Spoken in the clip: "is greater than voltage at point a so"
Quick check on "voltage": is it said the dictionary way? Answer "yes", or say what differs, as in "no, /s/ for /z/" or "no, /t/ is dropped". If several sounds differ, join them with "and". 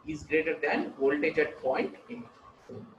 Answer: no, /tʃ/ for /dʒ/